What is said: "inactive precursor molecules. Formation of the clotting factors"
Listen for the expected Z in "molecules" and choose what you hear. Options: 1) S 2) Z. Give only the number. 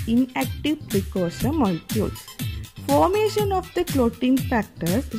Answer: 1